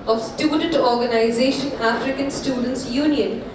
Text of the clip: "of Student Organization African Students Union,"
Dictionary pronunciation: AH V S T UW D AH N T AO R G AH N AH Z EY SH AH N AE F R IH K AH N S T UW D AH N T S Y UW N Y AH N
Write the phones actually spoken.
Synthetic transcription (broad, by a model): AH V S T UW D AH N T AO R G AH N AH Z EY SH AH N AE F R IH K AH N S T UW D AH N T S Y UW N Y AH N